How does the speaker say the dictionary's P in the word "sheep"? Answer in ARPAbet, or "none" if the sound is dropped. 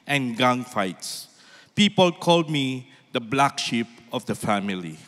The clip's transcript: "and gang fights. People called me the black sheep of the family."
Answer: P